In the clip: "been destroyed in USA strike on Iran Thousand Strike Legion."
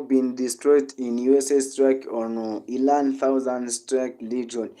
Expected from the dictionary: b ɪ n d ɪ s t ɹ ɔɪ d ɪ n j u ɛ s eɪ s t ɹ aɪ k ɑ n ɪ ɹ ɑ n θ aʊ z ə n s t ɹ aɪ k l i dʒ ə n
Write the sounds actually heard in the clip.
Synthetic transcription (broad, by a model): b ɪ n d ɪ s t ɹ ɔɪ d ɪ n j u ɛ s eɪ s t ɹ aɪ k ɑ n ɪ l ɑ n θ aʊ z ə n s t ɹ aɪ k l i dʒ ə n